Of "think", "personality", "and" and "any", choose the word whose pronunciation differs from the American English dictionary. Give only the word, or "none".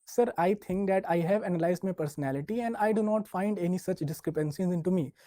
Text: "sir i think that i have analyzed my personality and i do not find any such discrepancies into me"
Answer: think